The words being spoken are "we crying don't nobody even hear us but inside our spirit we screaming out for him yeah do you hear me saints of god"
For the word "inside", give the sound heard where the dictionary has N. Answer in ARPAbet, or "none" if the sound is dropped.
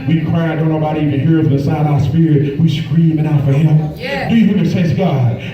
none